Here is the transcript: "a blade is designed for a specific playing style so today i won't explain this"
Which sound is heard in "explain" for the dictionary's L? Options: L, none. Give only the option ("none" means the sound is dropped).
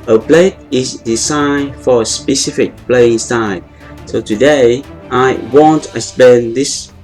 none